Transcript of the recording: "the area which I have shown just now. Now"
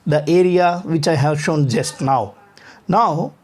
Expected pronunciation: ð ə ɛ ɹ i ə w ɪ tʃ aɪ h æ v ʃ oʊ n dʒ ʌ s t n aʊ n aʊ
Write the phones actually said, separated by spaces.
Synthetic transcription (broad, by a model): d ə ɛ ɹ i ə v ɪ tʃ aɪ h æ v ʃ oʊ n dʒ ʌ s t n aʊ n aʊ